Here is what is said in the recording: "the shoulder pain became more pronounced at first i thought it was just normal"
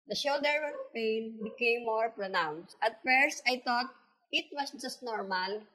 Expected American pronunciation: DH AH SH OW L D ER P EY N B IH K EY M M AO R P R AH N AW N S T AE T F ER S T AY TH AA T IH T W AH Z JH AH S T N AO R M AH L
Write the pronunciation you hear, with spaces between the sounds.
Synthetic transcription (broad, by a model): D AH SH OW L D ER P EY N B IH K EY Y M AO R P R AH N AW N S T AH T F ER S T AY T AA T IH T W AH S JH AH S T N AO R M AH L